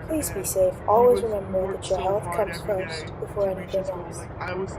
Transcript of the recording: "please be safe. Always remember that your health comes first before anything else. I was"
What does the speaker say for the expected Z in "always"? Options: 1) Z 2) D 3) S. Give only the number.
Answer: 1